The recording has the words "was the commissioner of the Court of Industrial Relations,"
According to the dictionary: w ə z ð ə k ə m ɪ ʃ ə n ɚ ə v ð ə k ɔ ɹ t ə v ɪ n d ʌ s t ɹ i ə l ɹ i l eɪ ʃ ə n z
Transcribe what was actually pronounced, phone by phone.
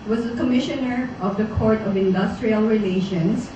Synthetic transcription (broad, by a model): w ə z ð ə k ə m ɪ ʃ ə n ɚ ə v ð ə k ɔ ɹ t ə v ɪ n d ʌ s t ɹ i ə l ɹ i l eɪ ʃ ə n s